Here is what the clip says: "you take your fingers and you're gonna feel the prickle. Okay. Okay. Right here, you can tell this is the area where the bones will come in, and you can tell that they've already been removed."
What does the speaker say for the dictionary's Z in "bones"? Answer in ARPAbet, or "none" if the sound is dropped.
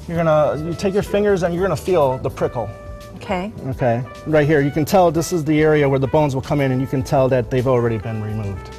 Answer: Z